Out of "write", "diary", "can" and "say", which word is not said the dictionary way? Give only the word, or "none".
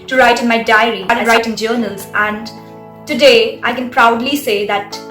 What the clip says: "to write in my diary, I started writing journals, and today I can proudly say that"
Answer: diary